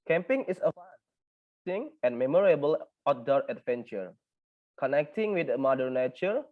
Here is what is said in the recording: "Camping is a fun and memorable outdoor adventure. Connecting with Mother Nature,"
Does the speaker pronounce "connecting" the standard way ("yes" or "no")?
yes